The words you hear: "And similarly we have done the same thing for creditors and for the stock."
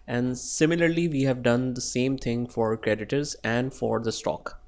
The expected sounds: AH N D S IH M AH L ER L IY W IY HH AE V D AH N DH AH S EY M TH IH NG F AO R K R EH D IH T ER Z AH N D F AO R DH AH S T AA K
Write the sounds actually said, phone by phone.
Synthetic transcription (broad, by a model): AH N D S IH M AH L ER L IY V IY HH AE V D AH N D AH S EY M T IH NG F AO R K R EH D IH T ER Z AH N D F AO R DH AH S T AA K